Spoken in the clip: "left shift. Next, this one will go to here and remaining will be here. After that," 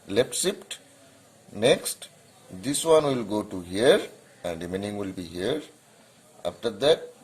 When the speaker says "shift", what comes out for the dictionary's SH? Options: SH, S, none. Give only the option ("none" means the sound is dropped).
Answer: S